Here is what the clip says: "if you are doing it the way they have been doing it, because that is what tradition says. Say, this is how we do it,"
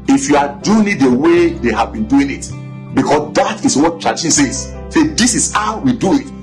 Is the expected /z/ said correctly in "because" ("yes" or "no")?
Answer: no